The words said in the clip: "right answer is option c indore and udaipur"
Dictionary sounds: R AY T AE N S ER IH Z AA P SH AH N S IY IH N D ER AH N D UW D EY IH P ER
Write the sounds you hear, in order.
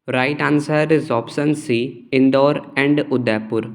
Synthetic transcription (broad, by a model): R AY T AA N S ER IH Z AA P S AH N S IY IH N D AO AH N D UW D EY P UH